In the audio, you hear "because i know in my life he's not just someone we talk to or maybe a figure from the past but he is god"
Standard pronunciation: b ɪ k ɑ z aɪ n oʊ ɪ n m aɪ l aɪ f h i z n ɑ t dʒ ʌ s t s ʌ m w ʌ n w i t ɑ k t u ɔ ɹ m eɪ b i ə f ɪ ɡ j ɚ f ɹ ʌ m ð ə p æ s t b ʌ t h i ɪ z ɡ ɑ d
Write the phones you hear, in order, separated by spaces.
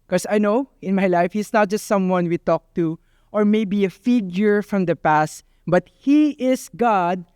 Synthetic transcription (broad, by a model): k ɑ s aɪ n oʊ ɪ n m aɪ l aɪ f h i s n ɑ t dʒ ʌ s t s ʌ m w ʌ n w i t ɑ k t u ɔ ɹ m eɪ b i ə f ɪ ɡ j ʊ f ɹ ʌ m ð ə p æ s t b ʌ t h i ɪ s ɡ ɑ d